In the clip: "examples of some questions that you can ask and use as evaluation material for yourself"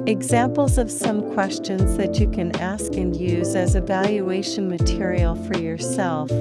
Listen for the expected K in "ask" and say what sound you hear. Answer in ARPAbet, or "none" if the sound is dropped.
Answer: K